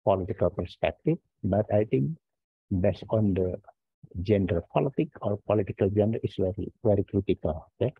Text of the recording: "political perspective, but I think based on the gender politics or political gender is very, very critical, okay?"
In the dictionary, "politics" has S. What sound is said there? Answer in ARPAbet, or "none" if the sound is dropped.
none